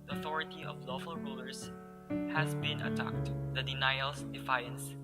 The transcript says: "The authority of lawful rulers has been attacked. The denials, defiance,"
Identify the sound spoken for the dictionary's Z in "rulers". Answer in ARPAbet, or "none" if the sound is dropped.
S